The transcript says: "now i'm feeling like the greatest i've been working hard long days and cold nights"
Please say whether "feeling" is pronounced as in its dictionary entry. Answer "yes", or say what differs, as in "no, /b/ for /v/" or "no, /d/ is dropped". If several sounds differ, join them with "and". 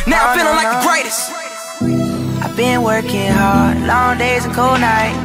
no, /n/ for /l/